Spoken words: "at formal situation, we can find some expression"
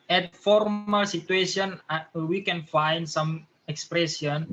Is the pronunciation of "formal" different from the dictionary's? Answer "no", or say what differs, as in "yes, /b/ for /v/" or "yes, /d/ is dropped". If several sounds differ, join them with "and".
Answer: no